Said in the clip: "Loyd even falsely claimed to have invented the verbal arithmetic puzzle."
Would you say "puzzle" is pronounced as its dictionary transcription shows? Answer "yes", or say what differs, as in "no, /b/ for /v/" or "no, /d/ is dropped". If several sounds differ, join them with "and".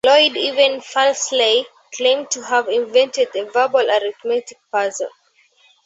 no, /n/ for /l/